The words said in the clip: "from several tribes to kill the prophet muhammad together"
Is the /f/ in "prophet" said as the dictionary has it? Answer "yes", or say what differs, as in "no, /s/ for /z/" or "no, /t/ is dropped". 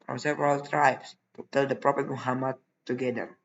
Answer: no, /p/ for /f/